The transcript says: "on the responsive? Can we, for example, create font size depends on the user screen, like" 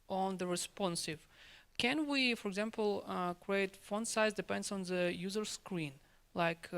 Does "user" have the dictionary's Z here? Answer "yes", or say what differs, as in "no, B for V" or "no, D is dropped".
yes